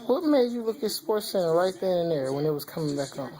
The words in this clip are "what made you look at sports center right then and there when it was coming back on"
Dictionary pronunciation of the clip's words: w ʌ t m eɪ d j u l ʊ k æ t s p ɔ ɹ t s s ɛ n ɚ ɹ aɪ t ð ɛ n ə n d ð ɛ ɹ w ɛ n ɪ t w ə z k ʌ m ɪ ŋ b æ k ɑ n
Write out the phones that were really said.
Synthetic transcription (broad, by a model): w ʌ t m eɪ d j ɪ l ʊ k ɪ s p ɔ ɹ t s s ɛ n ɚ ɹ aɪ t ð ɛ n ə n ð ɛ ɹ w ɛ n ɪ t w ə z k ʌ m ɪ ŋ b æ k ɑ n